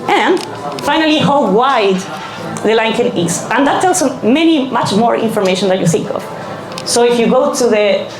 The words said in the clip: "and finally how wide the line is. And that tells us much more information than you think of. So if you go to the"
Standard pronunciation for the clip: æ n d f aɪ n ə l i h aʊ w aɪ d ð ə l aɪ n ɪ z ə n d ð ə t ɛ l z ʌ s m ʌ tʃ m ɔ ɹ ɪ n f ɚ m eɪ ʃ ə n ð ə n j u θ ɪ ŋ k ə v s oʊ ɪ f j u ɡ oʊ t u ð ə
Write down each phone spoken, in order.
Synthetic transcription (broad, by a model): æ n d f aɪ n ə l i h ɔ w aɪ d ð ə l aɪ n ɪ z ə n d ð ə t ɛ l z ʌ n m ʌ tʃ m ɔ ɹ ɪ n f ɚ m eɪ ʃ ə n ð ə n j u θ ɪ ŋ k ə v s oʊ ɪ f j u ɡ oʊ t u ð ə